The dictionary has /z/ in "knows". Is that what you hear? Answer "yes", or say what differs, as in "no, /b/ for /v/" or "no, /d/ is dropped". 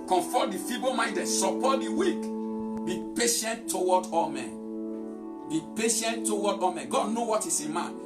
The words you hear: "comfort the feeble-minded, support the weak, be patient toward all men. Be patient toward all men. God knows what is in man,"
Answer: no, /z/ is dropped